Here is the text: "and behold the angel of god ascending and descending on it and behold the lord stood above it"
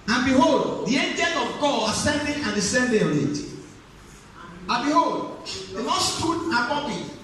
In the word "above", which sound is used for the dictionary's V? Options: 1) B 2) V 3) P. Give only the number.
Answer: 3